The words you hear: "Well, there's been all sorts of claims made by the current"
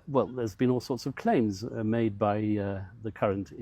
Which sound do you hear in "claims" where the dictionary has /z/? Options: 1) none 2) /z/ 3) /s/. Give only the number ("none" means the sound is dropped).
2